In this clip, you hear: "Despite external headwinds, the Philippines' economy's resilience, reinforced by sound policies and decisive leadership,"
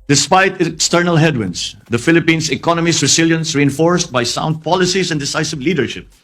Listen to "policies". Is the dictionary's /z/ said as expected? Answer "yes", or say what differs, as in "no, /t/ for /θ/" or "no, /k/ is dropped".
no, /s/ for /z/